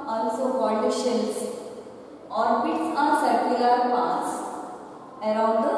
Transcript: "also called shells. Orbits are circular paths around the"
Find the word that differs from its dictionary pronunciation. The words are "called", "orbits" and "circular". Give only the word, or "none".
called